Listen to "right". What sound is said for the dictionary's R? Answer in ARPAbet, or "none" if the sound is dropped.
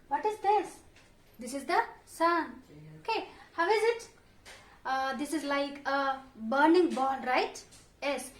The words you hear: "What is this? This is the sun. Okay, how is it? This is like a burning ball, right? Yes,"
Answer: R